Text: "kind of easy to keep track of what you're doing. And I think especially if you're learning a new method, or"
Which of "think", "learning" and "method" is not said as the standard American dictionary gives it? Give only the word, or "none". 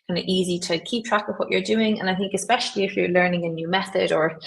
none